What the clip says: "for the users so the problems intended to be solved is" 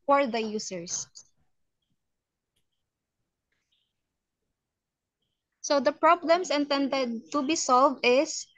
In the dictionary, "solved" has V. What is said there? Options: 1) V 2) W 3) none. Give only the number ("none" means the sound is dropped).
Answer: 1